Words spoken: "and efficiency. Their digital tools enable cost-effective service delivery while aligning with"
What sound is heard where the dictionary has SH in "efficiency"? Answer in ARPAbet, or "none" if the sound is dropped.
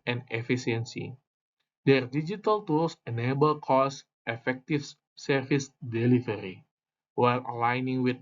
S